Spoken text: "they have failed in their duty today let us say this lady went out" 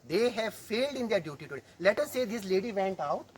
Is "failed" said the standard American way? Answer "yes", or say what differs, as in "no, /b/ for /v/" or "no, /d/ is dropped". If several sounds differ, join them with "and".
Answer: yes